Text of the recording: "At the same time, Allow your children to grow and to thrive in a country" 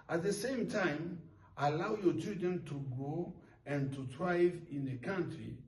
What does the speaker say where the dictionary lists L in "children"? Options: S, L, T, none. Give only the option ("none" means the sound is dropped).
none